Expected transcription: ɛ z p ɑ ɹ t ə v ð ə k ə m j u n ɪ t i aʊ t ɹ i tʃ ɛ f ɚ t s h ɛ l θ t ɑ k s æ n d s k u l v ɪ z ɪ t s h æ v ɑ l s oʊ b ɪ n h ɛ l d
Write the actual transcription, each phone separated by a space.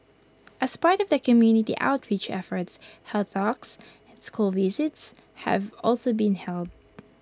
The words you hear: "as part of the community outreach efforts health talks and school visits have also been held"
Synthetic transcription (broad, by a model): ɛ s p ɑ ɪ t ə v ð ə k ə m j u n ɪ t i aʊ t ɹ i tʃ ɛ f ɚ t s h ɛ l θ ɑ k s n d s k u l v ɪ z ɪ t s h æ v ɑ l s oʊ b ɪ n h ɛ l d